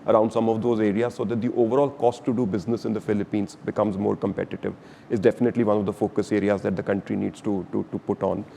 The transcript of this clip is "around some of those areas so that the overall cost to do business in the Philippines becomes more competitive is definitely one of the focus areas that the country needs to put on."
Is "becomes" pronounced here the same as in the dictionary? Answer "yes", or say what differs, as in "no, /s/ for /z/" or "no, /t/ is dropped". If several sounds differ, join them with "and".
yes